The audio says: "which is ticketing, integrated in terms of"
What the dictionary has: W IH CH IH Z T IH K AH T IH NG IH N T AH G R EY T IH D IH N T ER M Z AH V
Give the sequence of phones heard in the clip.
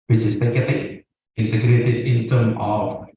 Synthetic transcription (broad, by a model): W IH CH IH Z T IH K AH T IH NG IH N T AH G R EY T IH D IH N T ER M AH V